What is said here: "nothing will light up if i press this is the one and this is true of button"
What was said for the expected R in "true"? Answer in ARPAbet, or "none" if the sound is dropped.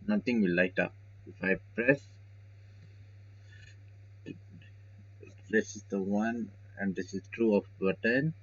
R